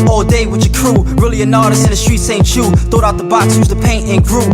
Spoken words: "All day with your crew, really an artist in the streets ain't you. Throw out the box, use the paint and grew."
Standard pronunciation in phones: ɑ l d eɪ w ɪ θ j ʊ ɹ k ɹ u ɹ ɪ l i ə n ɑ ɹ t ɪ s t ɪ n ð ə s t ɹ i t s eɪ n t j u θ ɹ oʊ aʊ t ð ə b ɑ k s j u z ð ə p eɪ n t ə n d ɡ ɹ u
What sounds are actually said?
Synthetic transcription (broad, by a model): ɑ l d eɪ w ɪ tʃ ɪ k ɹ u ɹ ɪ l i ə n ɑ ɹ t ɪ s ɪ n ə s t ɹ i t s eɪ n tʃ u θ oʊ aʊ t ð ə b ɑ k s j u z ð ə p eɪ n t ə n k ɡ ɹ u